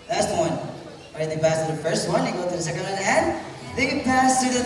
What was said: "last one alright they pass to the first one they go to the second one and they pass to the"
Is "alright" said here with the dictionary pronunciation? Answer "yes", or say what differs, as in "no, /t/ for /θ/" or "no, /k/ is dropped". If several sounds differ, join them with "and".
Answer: no, /l/ is dropped